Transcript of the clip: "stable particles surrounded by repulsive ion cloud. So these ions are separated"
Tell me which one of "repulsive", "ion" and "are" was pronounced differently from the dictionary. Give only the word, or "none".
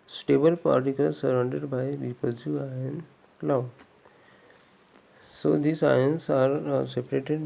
repulsive